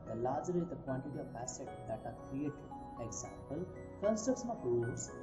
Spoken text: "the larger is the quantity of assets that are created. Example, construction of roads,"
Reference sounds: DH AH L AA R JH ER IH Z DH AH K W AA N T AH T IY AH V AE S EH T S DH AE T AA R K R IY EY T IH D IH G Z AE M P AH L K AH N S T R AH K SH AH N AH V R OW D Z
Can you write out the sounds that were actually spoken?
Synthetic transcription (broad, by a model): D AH L AA R JH ER IH Z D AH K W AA N T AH T IY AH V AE S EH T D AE T AA R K R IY EY T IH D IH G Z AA M P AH L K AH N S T AH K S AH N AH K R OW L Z